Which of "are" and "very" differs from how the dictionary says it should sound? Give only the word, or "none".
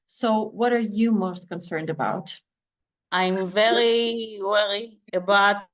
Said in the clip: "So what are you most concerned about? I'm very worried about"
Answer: none